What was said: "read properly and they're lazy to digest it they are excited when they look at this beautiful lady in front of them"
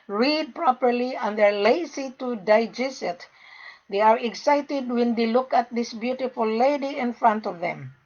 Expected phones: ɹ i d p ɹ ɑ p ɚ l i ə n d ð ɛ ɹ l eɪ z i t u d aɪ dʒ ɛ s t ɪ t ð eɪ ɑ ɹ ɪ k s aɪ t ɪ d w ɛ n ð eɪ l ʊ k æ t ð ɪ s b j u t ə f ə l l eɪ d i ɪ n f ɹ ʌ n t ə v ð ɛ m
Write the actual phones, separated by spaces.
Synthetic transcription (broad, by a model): ɹ i d p ɹ ɑ p ɚ l i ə n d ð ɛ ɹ l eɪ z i t u d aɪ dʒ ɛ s ɪ t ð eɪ ɑ ɹ ɪ k s aɪ t ɪ d w ɛ n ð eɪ l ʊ k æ t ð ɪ s b j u t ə f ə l l eɪ d i ɪ n f ɹ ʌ n t ə v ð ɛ m